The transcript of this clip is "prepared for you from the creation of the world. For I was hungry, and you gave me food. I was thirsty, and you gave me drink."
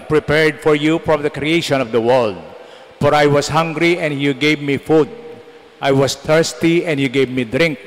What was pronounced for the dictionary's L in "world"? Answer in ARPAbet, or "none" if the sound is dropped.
L